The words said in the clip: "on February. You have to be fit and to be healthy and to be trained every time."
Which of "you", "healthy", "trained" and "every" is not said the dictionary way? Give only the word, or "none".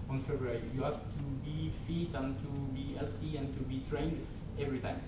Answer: healthy